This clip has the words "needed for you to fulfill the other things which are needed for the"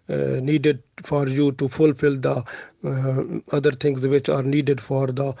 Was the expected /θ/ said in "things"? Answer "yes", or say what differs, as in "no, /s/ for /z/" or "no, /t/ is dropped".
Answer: no, /t/ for /θ/